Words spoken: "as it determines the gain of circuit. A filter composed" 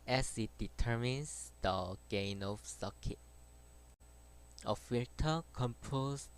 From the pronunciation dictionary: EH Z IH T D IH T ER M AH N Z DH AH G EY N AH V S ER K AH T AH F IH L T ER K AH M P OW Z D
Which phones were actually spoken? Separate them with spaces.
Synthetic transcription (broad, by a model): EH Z IH T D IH T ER M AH N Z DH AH G EY N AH F S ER K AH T AH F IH T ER K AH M P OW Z